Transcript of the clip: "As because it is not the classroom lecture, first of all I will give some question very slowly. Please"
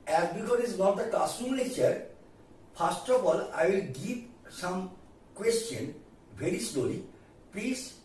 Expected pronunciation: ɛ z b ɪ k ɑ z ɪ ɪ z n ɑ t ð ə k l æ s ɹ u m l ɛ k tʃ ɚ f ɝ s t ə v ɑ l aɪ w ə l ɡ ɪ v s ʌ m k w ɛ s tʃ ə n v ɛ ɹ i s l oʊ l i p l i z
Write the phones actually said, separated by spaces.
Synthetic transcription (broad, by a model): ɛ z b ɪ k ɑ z ɪ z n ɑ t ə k ɑ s u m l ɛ tʃ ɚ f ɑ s t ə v ɑ l aɪ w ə l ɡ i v s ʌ m k w ɛ s tʃ ə n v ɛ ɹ i s l oʊ l i p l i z